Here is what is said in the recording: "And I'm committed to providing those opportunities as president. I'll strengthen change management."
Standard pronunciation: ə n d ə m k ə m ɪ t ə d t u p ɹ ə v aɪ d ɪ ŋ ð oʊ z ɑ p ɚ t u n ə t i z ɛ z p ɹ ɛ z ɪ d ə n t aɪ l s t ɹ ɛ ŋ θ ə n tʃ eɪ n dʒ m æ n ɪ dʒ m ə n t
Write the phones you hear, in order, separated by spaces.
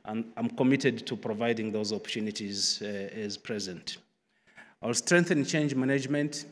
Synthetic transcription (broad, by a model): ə n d ə m k ə m ɪ t ə d t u p ɹ ə v aɪ d ɪ ŋ ð oʊ z ɑ p ɚ t u n ə t i z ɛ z p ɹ ɛ z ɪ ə n t aɪ l s t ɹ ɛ ŋ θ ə n tʃ eɪ n dʒ m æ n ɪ dʒ m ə n t